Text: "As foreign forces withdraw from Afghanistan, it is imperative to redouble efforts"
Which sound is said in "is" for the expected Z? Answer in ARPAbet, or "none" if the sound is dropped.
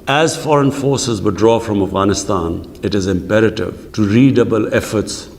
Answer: Z